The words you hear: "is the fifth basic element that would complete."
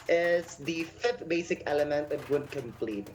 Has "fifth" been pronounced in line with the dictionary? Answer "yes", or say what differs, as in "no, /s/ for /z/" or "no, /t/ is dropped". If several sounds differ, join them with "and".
yes